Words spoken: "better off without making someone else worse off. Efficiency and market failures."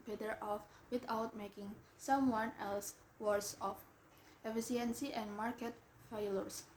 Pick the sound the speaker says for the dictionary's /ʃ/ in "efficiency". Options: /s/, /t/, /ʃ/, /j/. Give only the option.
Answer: /s/